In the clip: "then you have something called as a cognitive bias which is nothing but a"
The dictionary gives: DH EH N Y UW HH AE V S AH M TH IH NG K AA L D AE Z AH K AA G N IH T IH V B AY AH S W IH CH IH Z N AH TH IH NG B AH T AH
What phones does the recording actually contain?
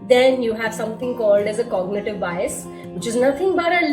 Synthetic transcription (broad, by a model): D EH N Y UW HH AE V S AH M T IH NG K AA L D AE Z AH K AA G N IH T IH V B AY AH S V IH CH IH Z N AH T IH NG B AH T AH